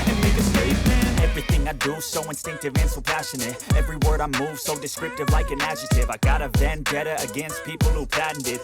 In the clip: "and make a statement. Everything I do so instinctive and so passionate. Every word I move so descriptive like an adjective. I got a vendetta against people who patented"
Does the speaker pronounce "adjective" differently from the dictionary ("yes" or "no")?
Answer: yes